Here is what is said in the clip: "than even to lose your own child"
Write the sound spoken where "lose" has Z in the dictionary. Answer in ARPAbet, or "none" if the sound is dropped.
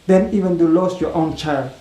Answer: S